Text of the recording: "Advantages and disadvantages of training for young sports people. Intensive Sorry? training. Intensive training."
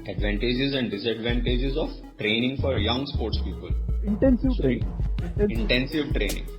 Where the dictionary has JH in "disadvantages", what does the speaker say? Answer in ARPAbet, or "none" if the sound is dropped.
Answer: JH